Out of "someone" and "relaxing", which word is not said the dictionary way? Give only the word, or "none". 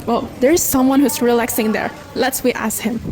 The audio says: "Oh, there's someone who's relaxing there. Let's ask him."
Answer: none